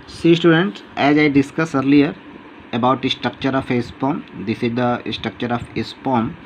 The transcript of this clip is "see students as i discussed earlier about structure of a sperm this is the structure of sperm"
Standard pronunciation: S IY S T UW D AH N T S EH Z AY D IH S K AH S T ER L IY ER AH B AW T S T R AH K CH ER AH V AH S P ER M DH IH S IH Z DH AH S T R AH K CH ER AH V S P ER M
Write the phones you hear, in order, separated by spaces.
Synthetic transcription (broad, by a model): S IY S T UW D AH N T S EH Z AY D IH S K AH S ER L IY ER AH B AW T S T R AH K CH ER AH F AH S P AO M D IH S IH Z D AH S T R AH K CH ER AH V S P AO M